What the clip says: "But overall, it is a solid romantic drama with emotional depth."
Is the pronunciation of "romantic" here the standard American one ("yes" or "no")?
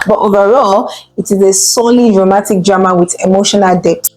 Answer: no